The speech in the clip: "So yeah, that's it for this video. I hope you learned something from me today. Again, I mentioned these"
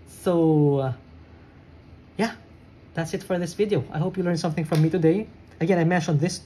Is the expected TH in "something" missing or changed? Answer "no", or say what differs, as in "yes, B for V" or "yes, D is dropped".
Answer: no